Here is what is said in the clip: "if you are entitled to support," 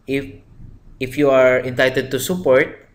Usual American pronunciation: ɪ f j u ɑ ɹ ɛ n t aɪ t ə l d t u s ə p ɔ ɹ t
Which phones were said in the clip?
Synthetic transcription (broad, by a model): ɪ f j u ɑ ɹ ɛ n t aɪ t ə d t u s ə p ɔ ɹ t